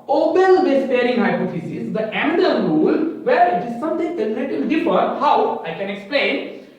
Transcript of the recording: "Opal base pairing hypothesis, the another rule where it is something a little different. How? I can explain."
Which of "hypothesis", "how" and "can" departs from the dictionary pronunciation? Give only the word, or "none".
hypothesis